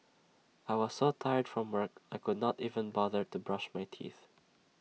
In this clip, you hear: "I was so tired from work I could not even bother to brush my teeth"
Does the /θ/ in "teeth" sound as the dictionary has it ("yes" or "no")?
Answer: yes